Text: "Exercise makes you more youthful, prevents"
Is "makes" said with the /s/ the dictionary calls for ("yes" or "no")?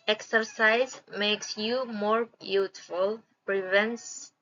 yes